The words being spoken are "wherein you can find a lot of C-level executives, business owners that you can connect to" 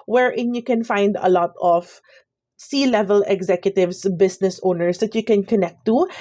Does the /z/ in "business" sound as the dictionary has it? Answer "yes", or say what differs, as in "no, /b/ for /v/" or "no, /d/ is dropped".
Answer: no, /s/ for /z/